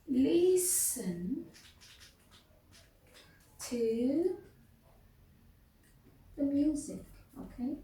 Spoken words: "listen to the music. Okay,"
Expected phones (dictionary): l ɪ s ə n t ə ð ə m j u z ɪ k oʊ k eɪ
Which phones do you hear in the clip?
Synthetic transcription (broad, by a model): l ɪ s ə n t ə ð ə m j u z ɪ k oʊ k eɪ